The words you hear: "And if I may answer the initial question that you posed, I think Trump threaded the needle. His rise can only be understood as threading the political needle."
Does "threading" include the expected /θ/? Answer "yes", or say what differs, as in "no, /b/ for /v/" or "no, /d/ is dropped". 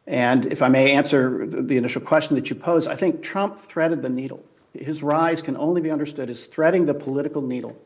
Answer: yes